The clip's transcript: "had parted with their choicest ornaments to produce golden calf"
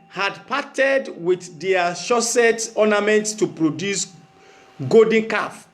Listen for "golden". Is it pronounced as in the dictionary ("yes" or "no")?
no